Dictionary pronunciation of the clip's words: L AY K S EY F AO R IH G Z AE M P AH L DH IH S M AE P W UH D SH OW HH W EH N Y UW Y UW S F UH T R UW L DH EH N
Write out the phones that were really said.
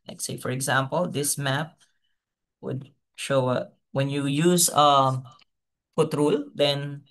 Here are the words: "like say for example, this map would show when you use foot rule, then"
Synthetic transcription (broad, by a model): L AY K S EY F AO R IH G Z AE M P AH L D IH S M AE P W UH D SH OW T W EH N Y UW Y UW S P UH T R UW L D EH N